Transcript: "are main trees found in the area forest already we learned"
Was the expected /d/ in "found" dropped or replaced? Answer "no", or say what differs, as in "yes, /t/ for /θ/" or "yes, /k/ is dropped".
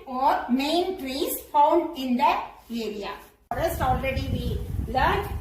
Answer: no